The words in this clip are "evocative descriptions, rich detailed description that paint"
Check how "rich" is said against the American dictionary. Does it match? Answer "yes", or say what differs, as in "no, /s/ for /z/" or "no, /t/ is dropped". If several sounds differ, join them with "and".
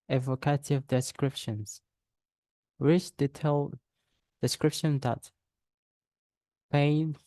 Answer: no, /w/ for /ɹ/